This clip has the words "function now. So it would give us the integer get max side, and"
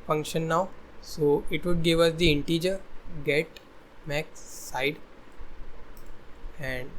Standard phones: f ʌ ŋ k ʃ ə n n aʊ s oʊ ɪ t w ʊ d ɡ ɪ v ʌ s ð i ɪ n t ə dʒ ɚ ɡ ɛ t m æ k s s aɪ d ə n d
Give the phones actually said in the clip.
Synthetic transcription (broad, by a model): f ʌ ŋ k ʃ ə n n aʊ s oʊ ɪ t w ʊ d ɡ ɪ v ʌ s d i ɪ n t ə dʒ ɚ ɡ ɛ t m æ k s s aɪ d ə n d